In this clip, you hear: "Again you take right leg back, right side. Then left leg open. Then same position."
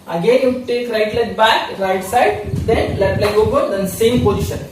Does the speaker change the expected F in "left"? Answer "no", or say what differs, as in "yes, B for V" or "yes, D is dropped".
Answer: yes, F is dropped